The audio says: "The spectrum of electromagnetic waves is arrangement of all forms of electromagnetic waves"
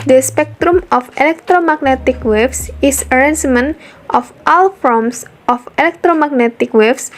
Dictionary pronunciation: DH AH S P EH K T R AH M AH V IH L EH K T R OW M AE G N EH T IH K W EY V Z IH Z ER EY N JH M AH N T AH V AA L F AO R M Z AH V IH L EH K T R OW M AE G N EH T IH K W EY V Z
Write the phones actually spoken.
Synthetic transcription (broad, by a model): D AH S P EH K T R AH M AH F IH L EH K T R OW M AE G N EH T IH K W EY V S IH S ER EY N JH M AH N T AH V AA L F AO M S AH F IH L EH K T R OW M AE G N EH T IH K W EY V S